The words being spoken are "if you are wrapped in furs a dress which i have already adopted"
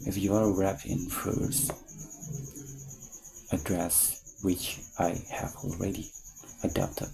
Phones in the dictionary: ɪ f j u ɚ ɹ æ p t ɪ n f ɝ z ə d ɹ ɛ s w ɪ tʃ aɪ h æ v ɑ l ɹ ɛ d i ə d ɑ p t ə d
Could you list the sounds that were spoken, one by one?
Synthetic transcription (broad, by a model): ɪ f j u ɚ ɹ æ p ɪ n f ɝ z ə d ɹ ɛ s w ɪ tʃ aɪ h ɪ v ɑ l ɹ ɛ d i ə d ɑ p t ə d